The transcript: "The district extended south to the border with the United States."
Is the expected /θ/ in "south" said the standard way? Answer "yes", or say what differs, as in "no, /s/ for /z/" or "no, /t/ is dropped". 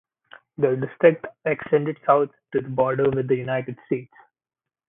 no, /t/ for /θ/